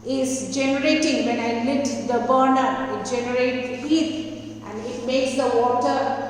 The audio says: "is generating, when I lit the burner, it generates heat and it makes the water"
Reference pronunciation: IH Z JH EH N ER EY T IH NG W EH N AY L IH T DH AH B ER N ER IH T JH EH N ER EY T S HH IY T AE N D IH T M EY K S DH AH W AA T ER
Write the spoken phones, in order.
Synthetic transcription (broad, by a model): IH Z JH EH N ER EY T IH NG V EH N AY L IH T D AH B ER N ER IH T JH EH N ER EY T HH IY T AE N D IH T M EY K S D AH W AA T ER